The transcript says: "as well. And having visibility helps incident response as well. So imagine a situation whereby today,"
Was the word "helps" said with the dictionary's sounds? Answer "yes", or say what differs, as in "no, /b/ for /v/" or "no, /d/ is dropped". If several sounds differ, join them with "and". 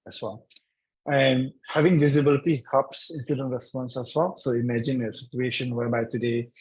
no, /l/ is dropped